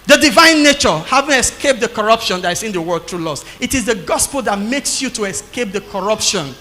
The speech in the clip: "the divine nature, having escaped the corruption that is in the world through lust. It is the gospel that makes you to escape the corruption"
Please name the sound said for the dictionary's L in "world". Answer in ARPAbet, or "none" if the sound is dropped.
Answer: none